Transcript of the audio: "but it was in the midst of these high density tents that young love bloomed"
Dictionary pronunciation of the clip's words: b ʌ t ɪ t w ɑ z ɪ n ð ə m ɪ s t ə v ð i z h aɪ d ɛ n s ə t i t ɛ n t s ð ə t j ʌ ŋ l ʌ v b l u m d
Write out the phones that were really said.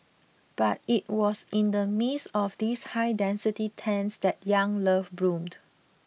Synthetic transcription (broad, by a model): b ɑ t ɪ t w ɑ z ɪ n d ə m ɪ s ə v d i s h aɪ d ɛ n s ə t i t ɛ n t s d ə t j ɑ ŋ l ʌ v b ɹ u m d